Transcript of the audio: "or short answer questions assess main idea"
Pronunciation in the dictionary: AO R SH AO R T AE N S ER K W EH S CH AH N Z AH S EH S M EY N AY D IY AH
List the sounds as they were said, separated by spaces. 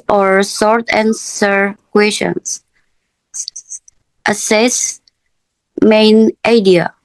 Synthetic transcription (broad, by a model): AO R S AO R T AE N S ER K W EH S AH N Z AH S EH S M EY N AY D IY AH